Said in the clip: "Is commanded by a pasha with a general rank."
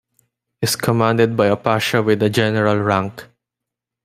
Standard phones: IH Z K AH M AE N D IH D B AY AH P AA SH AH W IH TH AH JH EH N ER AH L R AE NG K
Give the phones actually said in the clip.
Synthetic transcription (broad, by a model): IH S K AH M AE N D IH D B AY AH P AA SH AH W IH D AH JH EH N ER AH L R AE NG K